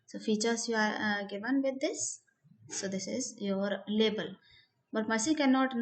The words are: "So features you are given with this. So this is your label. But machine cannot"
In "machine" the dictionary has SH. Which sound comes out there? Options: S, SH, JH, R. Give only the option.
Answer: S